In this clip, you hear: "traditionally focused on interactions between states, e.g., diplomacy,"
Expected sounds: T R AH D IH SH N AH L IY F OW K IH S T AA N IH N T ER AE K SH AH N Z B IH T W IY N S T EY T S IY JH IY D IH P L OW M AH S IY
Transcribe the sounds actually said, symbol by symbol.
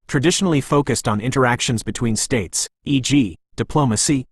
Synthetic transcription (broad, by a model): T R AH D IH SH N L IY F OW K IH S T N IH N T ER AE K SH AH N Z B IH T W IY N S T EY T S IY JH IY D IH P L OW M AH S IY